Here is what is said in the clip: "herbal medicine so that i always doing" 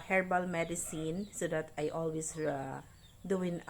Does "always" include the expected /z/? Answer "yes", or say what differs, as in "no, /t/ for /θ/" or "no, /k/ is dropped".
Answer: no, /s/ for /z/